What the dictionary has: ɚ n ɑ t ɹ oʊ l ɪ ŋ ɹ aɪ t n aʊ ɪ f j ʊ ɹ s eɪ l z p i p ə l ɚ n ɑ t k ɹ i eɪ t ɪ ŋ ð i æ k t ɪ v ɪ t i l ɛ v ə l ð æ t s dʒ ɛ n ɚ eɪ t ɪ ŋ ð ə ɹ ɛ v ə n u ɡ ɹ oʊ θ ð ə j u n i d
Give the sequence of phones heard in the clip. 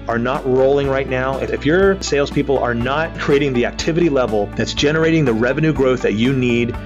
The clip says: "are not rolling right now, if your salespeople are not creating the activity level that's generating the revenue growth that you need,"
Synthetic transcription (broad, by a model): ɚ n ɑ t ɹ oʊ l ɪ ŋ ɹ aɪ t n aʊ ɪ f j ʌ ɹ s eɪ l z p i p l ɚ n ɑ t k ɹ i eɪ t ɪ ŋ ð i æ k t ɪ v ɪ t i l ɛ v l ð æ t s dʒ ɛ n ɚ eɪ t ɪ ŋ ð ə ɹ ɛ v ə n u ɡ ɹ oʊ θ ð ə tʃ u n i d